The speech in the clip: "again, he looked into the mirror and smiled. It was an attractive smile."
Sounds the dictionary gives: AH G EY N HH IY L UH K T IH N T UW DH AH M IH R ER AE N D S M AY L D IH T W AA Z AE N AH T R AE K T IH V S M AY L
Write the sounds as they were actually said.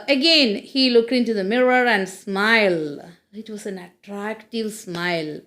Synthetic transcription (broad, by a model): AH G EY N HH IY L UH K T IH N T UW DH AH M IH R ER AE N D S M AY L IH T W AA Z AE N AH T R AE K T IH V S M AY L